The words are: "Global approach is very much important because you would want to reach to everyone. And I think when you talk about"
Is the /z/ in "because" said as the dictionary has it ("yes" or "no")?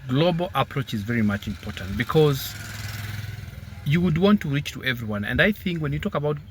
yes